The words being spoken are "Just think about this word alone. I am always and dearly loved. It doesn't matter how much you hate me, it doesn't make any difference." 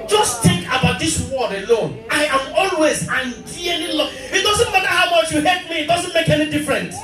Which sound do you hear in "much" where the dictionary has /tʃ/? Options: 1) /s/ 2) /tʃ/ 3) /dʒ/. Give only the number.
2